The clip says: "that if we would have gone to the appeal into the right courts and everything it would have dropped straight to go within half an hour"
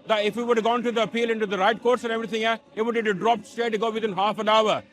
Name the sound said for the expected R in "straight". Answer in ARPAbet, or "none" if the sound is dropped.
none